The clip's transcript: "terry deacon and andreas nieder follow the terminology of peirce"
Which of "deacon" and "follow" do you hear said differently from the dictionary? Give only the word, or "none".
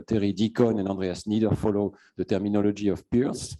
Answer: none